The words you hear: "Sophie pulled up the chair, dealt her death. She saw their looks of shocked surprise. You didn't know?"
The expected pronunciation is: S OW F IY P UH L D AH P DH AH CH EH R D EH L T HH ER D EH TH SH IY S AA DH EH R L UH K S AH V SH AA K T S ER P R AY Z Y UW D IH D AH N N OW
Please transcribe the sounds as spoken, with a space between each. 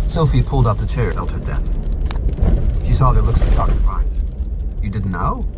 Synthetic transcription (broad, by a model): S OW F IY P UH L D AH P DH AH CH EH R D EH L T HH ER D EH TH SH IY S AA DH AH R L UH K S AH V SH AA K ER B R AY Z Y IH D IH D N N OW